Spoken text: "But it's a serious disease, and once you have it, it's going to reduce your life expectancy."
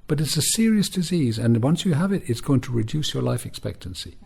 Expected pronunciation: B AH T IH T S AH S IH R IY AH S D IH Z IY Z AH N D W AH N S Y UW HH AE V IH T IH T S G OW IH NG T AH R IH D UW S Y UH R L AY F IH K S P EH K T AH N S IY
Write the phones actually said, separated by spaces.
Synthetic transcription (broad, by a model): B AH T IH T S AH S IH R IY AH S D IH Z IY Z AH N W AH N S Y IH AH V IH T IH T S G OW IH NG T AH R IH D UW S Y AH R L AY F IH K S P EH K T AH N S IY